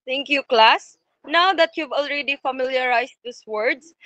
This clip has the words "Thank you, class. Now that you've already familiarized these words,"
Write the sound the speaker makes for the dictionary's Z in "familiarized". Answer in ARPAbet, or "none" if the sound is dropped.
S